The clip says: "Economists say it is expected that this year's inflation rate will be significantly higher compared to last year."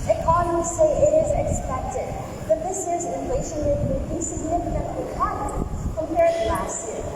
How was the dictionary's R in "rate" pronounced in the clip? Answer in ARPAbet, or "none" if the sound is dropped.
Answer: W